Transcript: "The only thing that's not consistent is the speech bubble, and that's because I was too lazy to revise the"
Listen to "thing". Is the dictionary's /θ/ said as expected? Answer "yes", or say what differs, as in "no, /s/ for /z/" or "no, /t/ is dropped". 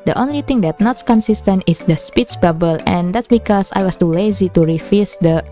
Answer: no, /t/ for /θ/